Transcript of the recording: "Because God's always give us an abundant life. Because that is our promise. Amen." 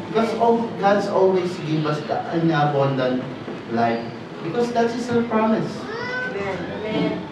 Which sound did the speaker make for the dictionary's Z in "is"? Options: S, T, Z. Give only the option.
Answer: S